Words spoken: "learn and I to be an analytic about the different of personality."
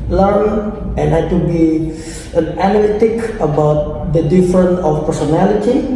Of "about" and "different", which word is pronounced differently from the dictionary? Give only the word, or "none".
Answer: different